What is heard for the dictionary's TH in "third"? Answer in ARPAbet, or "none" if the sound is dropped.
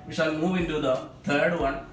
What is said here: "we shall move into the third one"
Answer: T